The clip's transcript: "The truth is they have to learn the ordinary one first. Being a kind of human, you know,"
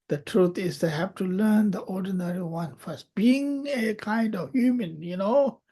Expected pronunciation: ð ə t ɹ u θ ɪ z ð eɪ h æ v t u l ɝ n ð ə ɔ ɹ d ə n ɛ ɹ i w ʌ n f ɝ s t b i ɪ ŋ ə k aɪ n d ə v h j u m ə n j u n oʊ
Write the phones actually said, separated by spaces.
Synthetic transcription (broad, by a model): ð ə t ɹ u t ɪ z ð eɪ h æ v t u l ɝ n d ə ɔ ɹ d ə n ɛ ɹ i w ʌ n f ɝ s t b i ɪ ŋ ə k aɪ n d ə v h j u m ə n j u n oʊ